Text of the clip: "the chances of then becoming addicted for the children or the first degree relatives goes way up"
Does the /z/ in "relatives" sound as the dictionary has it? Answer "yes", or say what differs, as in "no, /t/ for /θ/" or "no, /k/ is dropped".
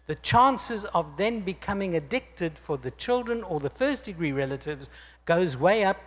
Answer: yes